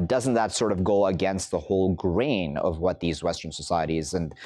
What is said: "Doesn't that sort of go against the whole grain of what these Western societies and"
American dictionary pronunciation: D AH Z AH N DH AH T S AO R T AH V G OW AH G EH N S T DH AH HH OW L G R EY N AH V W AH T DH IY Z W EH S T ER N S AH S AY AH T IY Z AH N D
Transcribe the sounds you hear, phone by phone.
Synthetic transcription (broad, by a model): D AH Z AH N DH AH T S AO R T AH V G OW AH G EH N S T DH AH HH OW L G R EY N AH V W AH T DH IY Z W EH S T ER N S AH S AY AH T IY Z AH N